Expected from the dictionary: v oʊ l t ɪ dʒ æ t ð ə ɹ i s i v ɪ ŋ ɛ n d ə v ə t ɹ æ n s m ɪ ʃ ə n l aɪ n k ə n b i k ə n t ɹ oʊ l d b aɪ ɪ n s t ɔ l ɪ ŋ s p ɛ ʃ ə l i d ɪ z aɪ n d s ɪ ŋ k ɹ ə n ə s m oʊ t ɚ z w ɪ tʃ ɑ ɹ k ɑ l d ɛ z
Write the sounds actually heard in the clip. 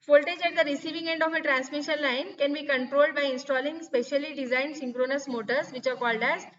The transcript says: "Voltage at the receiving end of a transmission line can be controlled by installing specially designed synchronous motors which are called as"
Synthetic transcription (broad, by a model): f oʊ l t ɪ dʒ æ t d ə ɹ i s i v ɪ ŋ ɛ n d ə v ə t ɹ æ n s m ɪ ʃ ə n l aɪ n k ə n b i k ə n t ɹ oʊ l d b aɪ ɪ n s t ɔ l ɪ ŋ s p ɛ ʃ ə l i d ɪ z aɪ n d s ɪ ŋ k ɹ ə n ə s m oʊ t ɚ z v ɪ tʃ ɑ ɹ k ɑ l d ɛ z